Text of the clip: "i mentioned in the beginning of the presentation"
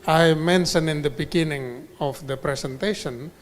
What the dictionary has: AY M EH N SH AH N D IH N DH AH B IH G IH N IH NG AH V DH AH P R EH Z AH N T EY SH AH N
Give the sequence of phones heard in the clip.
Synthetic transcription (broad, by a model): AY M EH N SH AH N IH N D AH B IH G IH N IH NG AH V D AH P R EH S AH N T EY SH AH N